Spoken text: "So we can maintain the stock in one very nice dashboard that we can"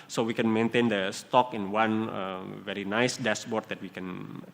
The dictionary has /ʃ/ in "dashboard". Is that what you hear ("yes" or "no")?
no